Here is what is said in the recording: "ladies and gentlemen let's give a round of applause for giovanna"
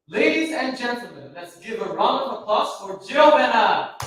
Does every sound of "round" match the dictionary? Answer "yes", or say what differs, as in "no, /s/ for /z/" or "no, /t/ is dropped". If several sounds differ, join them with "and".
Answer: no, /d/ is dropped